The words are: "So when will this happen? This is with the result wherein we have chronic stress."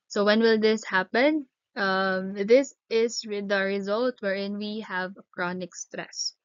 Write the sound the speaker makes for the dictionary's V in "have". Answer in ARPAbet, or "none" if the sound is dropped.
V